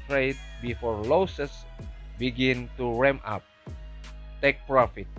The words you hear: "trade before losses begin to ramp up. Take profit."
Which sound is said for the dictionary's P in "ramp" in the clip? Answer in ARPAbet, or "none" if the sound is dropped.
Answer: none